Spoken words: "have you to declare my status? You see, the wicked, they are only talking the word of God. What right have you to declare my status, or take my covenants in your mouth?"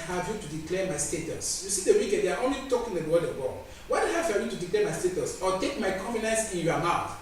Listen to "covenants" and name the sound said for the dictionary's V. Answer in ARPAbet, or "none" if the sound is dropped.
F